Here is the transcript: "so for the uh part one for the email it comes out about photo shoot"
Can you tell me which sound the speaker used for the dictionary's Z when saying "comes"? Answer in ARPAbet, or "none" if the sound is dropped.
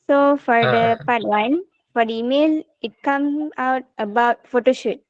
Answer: none